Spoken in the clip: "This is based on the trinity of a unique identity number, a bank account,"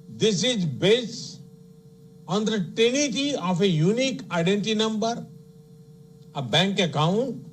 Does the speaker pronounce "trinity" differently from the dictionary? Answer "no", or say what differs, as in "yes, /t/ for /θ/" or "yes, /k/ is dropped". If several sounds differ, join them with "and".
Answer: yes, /ɹ/ is dropped